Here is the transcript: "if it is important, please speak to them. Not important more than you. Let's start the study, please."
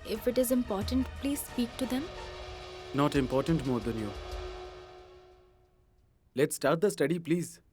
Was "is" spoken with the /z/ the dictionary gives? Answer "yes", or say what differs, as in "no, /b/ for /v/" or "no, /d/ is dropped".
yes